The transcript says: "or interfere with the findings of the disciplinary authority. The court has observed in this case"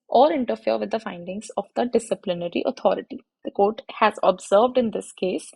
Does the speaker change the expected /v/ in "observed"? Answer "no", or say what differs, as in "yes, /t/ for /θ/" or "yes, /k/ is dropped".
no